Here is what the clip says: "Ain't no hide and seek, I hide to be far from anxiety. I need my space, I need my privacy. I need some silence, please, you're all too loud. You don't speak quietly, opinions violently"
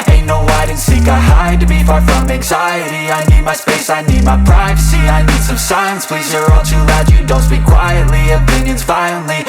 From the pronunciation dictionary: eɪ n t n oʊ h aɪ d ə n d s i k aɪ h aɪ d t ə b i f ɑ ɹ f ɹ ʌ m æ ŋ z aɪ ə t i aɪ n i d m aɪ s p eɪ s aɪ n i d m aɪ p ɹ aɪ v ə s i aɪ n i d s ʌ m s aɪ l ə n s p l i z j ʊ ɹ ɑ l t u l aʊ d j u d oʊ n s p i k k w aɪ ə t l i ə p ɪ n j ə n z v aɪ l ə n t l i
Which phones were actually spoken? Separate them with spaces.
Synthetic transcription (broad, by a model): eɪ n n oʊ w aɪ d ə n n s i k aɪ h aɪ d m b i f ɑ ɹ f ɹ ʌ m æ ŋ z aɪ ə t i aɪ n i d m aɪ s p eɪ s aɪ n i d m aɪ p ɹ aɪ v ə s i aɪ n i d s ʌ m s aɪ ə n s p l i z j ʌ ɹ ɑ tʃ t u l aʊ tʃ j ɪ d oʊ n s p i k k w aɪ ə t l i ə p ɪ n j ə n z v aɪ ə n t l i